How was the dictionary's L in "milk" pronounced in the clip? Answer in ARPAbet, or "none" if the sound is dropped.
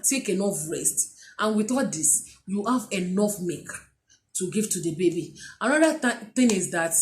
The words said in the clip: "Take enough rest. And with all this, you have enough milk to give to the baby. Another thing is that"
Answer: none